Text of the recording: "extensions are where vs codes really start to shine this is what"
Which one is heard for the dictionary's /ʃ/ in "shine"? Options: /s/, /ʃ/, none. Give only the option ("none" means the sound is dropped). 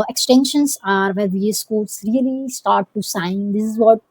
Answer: /s/